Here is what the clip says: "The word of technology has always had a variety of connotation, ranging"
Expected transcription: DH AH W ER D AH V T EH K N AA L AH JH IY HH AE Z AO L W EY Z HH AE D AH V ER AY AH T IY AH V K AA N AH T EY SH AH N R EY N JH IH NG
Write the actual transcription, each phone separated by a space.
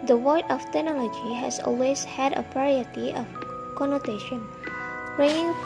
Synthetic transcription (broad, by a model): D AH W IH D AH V T EH K N AA L AH JH IY HH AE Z AO L W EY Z HH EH D AH P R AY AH T IY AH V K AA N AH T EY SH AH N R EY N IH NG